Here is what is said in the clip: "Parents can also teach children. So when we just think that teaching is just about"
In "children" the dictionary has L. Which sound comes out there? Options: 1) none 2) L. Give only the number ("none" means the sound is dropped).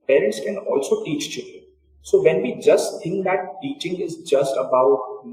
1